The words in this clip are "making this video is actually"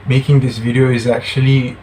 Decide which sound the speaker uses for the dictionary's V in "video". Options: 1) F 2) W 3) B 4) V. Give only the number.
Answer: 4